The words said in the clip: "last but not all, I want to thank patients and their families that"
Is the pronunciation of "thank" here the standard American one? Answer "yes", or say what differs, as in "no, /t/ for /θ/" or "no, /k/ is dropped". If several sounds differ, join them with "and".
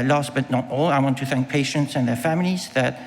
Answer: yes